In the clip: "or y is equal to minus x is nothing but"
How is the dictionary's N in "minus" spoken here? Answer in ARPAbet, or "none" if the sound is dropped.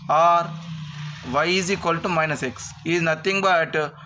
N